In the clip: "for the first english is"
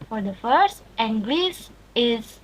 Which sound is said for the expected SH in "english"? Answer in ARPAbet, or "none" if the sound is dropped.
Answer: S